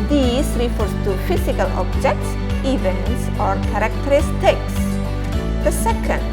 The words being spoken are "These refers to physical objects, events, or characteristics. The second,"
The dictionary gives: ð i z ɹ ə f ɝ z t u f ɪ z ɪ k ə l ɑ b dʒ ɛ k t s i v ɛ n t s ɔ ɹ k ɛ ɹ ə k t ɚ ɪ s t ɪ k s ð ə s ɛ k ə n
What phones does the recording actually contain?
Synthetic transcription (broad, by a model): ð i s ɹ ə f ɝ s t u f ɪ s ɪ k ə l ɑ b dʒ ɛ k t s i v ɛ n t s ɔ ɹ k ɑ ɹ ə k t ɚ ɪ s t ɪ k s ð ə s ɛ k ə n